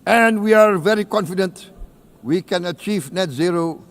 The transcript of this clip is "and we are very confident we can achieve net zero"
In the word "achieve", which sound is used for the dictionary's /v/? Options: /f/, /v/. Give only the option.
/v/